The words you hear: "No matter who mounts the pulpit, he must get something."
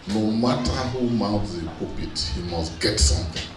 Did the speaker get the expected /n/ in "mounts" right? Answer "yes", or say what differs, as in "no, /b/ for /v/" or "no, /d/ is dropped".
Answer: no, /n/ is dropped